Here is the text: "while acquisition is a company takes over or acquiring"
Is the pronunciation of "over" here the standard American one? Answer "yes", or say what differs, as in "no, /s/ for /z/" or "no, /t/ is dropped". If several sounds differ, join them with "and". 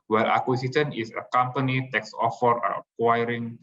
no, /f/ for /v/